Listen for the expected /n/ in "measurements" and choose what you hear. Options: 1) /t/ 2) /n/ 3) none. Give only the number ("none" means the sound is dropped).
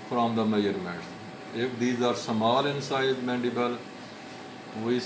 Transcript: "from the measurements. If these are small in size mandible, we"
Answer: 3